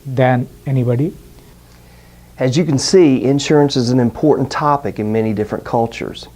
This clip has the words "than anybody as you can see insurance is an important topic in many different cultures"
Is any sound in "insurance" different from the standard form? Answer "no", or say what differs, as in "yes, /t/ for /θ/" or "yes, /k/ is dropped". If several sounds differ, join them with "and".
no